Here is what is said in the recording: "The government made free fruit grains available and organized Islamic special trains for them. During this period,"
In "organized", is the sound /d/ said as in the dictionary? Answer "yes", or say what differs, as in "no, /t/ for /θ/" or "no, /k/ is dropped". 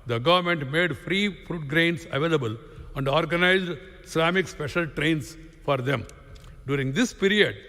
yes